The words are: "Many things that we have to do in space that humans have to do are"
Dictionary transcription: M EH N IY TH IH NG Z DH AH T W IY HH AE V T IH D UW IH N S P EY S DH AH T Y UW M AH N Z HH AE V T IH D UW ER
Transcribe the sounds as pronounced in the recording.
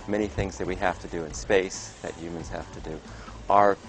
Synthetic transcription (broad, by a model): M EH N IY TH IH NG Z DH AH T W IY HH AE F T IH D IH IH N S P EY S DH AH T Y UW M AH N Z HH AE F T IH D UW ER